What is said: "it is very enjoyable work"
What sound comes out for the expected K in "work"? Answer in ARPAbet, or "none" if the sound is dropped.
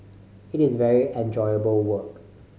K